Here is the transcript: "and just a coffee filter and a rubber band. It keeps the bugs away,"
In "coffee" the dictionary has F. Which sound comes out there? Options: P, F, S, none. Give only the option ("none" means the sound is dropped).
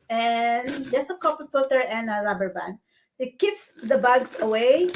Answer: P